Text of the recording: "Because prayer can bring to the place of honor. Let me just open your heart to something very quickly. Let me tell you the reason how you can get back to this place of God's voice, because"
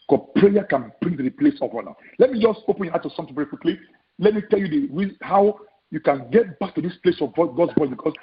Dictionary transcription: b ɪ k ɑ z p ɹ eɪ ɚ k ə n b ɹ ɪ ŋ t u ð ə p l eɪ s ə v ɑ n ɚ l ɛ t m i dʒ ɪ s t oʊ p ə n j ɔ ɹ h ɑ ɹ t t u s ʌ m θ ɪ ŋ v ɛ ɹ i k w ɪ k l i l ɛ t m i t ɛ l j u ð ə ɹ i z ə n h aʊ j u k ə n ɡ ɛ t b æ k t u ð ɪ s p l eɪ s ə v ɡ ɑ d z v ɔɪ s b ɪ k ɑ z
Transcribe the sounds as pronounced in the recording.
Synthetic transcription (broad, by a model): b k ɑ p ɹ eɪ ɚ k ə n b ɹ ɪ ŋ t u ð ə p l eɪ s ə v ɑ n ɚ l ɛ t m i dʒ ɪ s t oʊ p ə n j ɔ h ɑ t t u s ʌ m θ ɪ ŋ v ɛ ɹ i k w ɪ k l i l ɛ t m i t ɛ l j u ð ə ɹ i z h aʊ j u k ə n ɡ ɛ t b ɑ k t u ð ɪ s p l eɪ s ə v ɡ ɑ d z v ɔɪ b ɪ k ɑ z